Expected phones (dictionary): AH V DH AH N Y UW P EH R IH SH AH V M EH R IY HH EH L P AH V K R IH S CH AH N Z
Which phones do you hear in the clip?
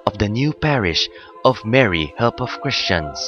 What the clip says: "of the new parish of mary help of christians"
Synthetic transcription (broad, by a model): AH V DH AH N Y UW P EH R IH SH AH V M EH R IY HH EH L P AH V K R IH S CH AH N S